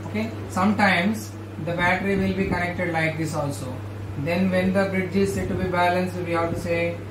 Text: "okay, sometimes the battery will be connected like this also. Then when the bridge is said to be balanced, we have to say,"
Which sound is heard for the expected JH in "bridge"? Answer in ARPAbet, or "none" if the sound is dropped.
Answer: JH